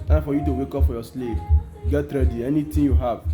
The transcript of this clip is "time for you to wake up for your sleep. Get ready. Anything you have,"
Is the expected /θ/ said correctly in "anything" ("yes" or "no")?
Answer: no